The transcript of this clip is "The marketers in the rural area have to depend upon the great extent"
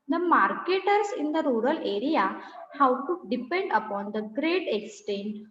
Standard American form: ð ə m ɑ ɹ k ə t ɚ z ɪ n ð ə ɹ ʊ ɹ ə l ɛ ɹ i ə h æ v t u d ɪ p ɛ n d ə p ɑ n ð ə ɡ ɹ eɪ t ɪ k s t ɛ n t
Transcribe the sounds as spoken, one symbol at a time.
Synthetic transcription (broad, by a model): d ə m ɑ ɹ k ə t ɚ s ɪ n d ə ɹ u ɹ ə l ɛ ɹ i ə h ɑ w t u d ɪ p ɛ n d ə p ɑ n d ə ɡ ɹ eɪ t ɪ k s t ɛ n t